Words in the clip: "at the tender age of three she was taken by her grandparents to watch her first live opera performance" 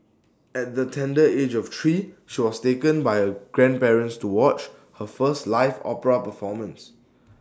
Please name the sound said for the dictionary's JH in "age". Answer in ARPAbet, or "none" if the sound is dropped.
JH